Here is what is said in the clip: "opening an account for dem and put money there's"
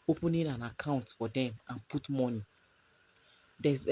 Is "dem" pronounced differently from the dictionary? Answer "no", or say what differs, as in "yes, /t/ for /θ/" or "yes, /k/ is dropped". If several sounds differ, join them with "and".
no